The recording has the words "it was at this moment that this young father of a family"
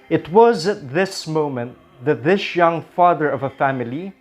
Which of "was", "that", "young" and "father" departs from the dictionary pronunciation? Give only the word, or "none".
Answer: none